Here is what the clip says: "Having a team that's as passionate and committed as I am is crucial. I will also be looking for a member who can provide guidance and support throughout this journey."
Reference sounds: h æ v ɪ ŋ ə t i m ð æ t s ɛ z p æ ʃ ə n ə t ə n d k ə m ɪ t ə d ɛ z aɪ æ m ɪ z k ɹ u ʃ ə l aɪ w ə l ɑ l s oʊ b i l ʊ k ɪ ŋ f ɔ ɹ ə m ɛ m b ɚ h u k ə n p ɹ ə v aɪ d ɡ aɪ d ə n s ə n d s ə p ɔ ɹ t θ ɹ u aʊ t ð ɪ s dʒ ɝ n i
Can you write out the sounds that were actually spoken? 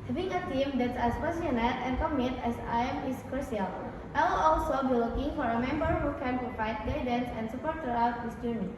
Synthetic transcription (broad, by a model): h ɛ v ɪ ŋ ə t i m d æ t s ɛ s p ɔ s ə n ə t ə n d k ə m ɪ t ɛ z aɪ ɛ m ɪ s k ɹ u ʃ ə l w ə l ɑ l s oʊ b i l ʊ k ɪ ŋ f ɔ ɹ ə m ɛ m b ɚ h u k ə n p ɹ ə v aɪ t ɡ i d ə n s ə n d s ə p ɔ ɹ t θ ɹ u aʊ t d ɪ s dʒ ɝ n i